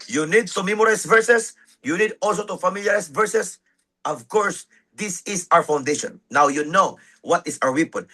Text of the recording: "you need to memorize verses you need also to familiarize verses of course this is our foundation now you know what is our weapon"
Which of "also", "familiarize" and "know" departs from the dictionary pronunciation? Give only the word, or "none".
familiarize